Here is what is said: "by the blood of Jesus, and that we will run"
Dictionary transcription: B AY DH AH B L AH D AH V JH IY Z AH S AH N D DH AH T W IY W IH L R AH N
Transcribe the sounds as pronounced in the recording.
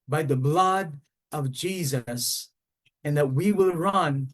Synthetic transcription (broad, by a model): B AY DH AH B L AH D AH V JH IY Z AH S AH N DH AH T W IY W IH L R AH N